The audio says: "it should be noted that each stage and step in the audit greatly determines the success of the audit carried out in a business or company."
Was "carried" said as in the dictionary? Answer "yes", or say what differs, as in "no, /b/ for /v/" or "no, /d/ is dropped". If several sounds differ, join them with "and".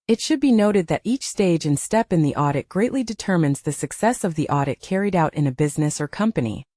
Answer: yes